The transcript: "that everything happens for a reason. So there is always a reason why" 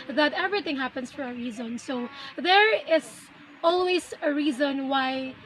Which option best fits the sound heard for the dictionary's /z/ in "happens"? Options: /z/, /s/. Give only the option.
/s/